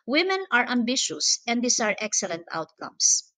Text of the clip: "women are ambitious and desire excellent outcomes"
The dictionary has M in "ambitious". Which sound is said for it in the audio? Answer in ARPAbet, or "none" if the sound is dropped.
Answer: M